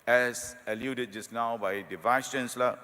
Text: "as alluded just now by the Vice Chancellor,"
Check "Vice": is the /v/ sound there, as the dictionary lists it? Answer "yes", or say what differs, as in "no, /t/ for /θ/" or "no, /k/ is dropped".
yes